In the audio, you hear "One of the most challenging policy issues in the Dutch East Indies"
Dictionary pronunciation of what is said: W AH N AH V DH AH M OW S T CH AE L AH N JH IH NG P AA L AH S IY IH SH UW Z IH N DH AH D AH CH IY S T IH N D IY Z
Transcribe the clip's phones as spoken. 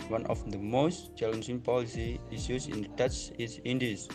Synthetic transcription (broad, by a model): W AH N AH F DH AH M OW S T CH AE L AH N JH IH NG P AA L AH S IY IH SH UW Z IH N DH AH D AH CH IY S IH N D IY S